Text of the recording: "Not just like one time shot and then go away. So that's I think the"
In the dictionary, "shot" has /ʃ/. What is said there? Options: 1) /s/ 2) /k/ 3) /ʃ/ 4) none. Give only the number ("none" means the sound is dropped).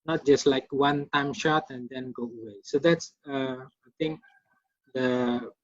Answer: 3